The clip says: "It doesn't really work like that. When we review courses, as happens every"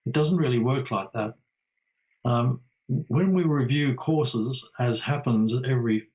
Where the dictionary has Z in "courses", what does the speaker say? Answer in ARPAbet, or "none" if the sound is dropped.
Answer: Z